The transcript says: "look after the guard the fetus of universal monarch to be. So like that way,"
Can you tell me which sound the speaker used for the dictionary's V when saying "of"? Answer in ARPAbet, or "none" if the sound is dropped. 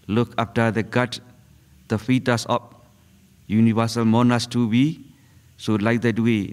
P